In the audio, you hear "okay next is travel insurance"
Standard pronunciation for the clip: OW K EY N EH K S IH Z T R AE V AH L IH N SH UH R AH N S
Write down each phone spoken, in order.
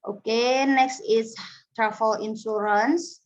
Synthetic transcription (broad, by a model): OW K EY N EH K S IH S T R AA F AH L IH N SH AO R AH N S